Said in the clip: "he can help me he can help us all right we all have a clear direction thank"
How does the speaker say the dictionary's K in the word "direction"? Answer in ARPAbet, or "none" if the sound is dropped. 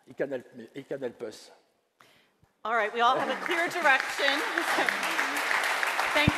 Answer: K